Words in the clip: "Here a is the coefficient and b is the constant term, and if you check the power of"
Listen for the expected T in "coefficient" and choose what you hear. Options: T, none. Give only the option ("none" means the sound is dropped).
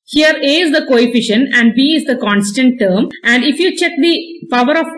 none